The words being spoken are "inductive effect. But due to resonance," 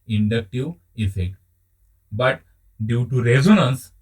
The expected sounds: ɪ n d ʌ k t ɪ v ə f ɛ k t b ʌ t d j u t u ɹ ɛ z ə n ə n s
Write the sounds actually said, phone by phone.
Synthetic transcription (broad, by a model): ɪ n d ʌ k t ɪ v ə f ɛ k t b ʌ t d j u t u ɹ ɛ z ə n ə n s